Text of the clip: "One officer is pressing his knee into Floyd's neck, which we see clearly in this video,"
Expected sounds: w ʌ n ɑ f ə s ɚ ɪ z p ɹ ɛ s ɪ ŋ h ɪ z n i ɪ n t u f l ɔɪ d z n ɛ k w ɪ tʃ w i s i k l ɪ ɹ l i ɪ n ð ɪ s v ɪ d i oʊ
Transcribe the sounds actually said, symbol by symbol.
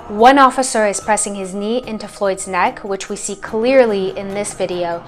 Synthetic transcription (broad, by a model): w ʌ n ɑ f ə s ɚ ɪ z p ɹ ɛ s ɪ ŋ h ɪ z n i ɪ n t u f l ɔɪ d z n ɛ k w ɪ tʃ w i s i k l ɪ ɹ l i ɪ n ð ɪ s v ɪ d i oʊ